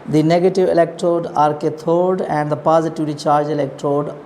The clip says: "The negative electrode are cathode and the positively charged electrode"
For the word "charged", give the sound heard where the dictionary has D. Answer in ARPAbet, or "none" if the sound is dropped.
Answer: none